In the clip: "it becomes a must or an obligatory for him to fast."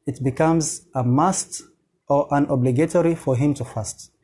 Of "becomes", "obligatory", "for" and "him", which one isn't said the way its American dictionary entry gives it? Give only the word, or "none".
none